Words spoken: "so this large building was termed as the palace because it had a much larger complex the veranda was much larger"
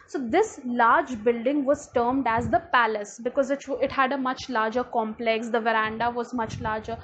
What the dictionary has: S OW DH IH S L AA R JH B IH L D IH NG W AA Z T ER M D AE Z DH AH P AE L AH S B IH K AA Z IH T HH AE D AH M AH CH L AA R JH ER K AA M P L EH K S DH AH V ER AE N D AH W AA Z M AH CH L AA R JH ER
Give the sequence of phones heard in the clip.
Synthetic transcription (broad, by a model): S OW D IH S L AA R JH B IH L D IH NG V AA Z T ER M D AE Z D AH P AE L AH S B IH K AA Z IH T HH AE D AH M AH CH L AA R JH ER K AA M P L EH K S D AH V ER AE N D AH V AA Z M AH CH L AA R JH ER